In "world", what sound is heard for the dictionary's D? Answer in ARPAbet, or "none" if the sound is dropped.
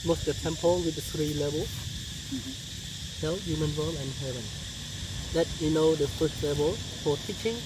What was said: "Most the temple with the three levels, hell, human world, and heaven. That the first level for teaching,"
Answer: none